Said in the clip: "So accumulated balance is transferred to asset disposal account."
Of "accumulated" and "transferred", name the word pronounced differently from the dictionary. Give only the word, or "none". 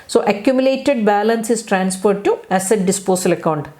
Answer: transferred